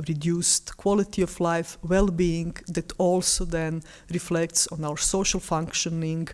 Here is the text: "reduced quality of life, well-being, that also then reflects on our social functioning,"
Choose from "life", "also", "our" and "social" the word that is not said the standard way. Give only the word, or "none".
none